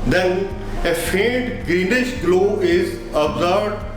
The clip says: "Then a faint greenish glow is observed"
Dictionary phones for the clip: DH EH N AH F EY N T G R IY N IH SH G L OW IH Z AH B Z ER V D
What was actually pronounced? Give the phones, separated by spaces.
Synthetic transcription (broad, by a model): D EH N AH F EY T G R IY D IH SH G L OW IH Z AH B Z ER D